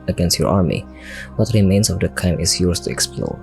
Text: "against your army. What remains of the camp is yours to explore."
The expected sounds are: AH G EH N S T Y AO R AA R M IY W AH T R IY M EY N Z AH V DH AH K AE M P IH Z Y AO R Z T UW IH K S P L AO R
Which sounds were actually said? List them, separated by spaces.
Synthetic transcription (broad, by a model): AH G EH N S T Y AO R AA R M IY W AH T R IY M EY N S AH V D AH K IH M IH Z Y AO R S T UW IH K S P L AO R